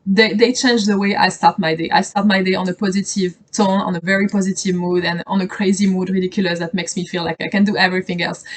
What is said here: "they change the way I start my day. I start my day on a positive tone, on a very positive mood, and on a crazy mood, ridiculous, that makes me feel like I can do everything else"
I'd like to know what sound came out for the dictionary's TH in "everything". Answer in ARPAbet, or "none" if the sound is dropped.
TH